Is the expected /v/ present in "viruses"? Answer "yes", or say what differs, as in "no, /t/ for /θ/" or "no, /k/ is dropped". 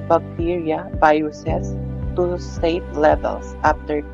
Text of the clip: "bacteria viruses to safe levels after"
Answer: no, /b/ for /v/